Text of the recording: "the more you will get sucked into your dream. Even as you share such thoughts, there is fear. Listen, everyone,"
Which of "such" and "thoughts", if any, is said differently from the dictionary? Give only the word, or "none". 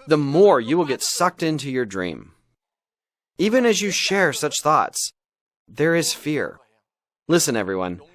none